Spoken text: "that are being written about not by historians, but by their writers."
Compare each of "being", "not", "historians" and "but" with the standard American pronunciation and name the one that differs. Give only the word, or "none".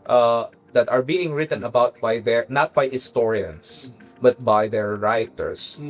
historians